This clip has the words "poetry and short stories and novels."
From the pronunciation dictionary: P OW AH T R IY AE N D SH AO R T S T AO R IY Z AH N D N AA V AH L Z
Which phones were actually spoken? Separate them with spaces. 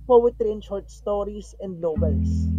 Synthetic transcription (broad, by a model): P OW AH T R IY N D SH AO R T S T AO R IY S AH N D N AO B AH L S